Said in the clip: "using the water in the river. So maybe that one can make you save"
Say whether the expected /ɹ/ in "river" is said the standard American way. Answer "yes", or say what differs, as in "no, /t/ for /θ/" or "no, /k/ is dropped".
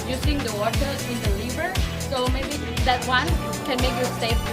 no, /l/ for /ɹ/